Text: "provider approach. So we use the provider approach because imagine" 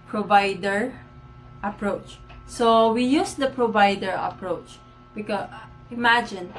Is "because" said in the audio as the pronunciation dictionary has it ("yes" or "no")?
no